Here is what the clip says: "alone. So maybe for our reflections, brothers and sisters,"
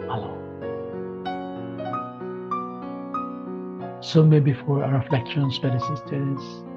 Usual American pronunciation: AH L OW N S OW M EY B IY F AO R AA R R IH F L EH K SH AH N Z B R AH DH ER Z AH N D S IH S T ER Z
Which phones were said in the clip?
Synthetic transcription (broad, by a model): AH L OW S OW M EY B IY F AO R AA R R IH F L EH K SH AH N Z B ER AH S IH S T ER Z